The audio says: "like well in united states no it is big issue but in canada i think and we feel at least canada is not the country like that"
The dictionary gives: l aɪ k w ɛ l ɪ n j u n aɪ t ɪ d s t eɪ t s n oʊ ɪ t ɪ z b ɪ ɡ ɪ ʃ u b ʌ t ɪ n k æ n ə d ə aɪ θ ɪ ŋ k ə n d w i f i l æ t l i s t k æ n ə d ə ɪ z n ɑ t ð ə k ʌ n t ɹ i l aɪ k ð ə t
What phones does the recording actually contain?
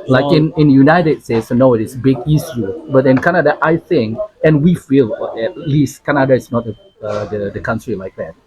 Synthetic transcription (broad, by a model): l aɪ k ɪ n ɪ n j u n aɪ t ɪ d s t eɪ t s n oʊ ɪ t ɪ s b ɪ ɡ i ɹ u b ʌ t ɪ n k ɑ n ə d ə aɪ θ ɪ ŋ k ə n w i f i l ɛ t l i s t k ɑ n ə d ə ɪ s n ɑ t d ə k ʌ n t ɹ i l aɪ k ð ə t